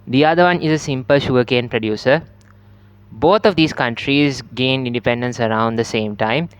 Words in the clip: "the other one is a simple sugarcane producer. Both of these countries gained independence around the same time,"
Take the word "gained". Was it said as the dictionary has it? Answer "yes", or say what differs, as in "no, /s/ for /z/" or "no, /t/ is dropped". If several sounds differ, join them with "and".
no, /d/ is dropped